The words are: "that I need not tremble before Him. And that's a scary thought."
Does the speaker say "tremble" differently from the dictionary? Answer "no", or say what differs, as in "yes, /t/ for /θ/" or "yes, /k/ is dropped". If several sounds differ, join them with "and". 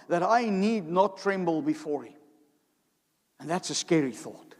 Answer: no